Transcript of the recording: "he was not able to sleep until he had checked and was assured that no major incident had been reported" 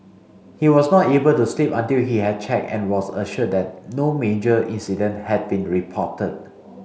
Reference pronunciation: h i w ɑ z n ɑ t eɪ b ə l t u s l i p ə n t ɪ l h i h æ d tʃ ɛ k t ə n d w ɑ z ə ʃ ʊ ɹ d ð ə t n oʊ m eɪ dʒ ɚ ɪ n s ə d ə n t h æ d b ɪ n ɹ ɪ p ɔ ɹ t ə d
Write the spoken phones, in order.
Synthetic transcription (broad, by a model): h i w ɑ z n ɑ t eɪ b ə l t u s l i p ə n t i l h i h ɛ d tʃ ɛ k ə n w ɑ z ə ʃ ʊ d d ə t n oʊ m eɪ dʒ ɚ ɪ n s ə d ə n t h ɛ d b ɪ n ɹ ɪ p ɔ t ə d